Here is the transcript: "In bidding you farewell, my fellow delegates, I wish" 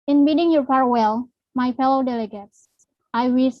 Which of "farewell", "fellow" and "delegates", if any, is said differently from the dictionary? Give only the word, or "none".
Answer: farewell